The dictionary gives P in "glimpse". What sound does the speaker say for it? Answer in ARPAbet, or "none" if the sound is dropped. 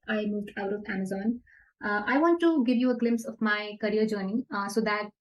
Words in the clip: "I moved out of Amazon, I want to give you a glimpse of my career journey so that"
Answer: P